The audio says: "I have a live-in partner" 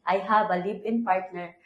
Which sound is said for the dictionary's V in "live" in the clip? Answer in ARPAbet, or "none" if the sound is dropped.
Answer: B